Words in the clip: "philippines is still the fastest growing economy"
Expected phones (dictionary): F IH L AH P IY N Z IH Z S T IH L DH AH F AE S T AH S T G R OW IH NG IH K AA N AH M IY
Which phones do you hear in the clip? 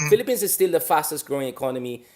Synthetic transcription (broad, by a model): F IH L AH P IY N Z IH Z S T IH L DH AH F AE S T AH S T G R OW IH NG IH K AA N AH M IY